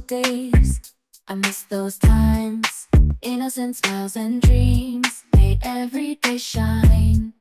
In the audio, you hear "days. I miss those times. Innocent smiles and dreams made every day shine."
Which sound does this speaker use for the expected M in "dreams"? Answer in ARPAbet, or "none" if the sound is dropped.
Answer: M